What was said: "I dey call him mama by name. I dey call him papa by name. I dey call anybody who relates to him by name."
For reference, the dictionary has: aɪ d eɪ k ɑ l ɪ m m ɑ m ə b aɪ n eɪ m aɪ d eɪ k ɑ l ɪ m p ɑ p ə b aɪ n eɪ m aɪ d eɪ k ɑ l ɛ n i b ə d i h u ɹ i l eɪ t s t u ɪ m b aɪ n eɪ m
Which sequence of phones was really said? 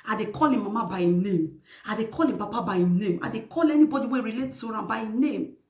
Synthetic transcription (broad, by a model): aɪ d eɪ k ɑ l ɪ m m ɑ m ə b aɪ n eɪ m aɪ d eɪ k ɑ l ɪ m p ɑ p ə b aɪ n eɪ m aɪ d eɪ k ɑ l ɛ n i b ə d i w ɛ ɹ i l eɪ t t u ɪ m b aɪ n eɪ m